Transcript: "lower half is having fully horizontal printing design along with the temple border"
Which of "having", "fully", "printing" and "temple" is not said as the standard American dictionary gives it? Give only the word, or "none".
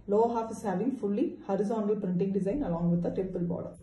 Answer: temple